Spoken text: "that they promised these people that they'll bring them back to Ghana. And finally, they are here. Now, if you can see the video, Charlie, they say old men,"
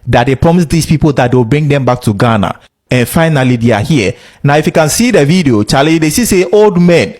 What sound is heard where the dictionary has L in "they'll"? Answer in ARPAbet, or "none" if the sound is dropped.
W